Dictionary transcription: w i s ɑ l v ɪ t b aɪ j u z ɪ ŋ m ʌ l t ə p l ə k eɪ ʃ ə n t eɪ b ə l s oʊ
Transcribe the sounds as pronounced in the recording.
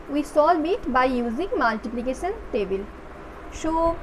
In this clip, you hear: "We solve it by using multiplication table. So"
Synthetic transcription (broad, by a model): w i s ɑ l b ɪ t b aɪ j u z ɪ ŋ m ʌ l t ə p l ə k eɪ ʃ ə n t eɪ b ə l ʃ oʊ